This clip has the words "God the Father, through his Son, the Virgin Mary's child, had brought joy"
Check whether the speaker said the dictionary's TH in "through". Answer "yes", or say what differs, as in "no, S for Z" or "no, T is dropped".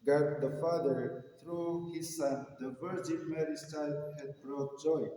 no, T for TH